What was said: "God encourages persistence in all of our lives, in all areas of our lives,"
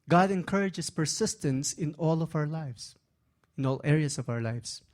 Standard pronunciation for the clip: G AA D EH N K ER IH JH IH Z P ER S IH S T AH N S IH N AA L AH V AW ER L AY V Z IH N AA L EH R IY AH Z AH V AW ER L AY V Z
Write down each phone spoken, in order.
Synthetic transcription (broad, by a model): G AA D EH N K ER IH JH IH S P ER S IH S T AH N S IH N AA L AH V AW ER L AY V S IH N AA L EH R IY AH S AH V AW ER L AY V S